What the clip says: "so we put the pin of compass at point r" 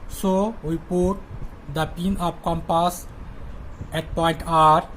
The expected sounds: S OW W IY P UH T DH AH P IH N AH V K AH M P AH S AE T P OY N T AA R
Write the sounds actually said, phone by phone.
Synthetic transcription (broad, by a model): S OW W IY P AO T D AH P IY N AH P K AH M P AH S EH T P OY N T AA R